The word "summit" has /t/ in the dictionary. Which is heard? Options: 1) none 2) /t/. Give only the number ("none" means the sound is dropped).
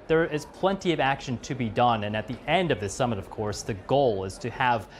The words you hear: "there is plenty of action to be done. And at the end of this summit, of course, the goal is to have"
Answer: 2